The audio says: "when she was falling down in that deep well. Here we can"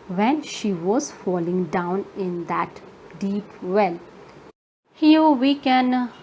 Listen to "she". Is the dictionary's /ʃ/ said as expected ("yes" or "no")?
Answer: yes